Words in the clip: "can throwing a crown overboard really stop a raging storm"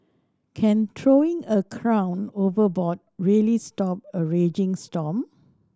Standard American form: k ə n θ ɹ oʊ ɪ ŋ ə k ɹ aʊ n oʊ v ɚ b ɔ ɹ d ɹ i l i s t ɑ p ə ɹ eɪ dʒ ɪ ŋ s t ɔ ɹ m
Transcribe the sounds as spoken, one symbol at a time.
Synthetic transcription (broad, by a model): k ə n t ɹ oʊ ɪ ŋ ə k ɹ aʊ n oʊ v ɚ b ɔ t ɹ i l i s t ɑ p ə ɹ eɪ dʒ ɪ ŋ s t ɔ m